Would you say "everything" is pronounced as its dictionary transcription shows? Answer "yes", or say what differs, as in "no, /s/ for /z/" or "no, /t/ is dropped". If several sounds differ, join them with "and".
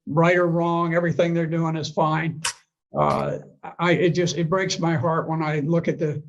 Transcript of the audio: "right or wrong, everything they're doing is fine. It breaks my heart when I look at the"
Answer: yes